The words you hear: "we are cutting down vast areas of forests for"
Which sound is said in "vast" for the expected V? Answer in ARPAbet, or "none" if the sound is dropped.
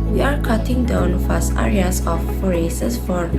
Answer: F